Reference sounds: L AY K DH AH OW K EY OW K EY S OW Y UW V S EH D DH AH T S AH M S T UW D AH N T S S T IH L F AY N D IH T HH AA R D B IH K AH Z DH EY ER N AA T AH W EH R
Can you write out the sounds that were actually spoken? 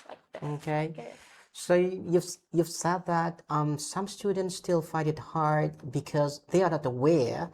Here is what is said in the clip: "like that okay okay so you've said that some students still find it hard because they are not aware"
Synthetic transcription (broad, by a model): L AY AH OW K EY OW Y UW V Y UW V S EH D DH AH T S AH M S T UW D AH N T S S T IH L F AY D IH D HH AA R D B IH K AH Z DH EY ER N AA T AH W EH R